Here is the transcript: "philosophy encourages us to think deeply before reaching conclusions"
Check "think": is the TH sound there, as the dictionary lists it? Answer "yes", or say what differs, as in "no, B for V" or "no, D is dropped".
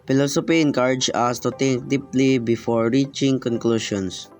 no, T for TH